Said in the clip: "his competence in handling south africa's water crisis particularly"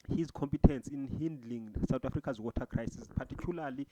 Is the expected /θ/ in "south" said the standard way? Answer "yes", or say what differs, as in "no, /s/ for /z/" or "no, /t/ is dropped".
no, /t/ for /θ/